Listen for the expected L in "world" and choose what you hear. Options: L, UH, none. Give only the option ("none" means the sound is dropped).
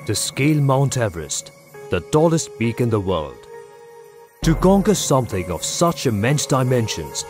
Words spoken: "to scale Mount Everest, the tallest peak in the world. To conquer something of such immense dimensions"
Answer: L